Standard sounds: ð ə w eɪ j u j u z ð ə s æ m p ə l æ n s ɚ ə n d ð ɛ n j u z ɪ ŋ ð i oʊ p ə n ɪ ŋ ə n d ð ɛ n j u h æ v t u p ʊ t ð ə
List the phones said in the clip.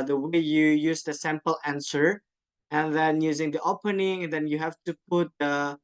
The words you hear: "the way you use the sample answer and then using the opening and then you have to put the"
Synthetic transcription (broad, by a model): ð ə w eɪ j u j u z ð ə s æ m p ə l æ n s ɚ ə n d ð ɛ n j u z ɪ ŋ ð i oʊ p ə n ɪ ŋ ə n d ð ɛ n j u h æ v t u p ʊ t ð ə